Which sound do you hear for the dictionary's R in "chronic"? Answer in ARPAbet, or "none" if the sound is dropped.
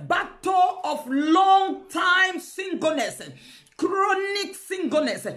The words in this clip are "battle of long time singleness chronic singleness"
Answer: R